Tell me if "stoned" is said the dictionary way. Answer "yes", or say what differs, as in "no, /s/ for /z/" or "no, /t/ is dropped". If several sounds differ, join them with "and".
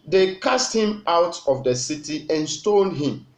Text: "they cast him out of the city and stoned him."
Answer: no, /l/ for /n/